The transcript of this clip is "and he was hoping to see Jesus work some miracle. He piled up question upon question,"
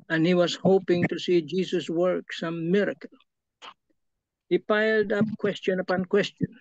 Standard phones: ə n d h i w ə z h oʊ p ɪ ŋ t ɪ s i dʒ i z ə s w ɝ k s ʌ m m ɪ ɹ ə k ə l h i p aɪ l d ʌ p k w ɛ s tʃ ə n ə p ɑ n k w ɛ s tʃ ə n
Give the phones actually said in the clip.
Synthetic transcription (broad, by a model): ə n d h i w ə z h oʊ p ɪ ŋ t ɪ s i dʒ i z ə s w ɝ k s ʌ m m ɪ ɹ ə k ə l h i p aɪ l d ʌ p k w ɛ s tʃ ə n ə p ɑ n k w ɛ s tʃ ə n